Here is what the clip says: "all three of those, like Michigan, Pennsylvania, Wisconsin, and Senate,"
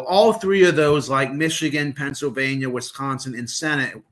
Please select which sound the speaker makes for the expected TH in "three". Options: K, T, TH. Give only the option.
TH